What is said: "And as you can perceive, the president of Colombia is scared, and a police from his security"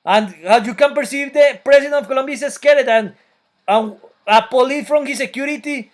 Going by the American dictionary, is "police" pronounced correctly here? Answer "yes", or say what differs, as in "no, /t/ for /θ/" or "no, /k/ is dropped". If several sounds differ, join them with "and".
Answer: no, /s/ is dropped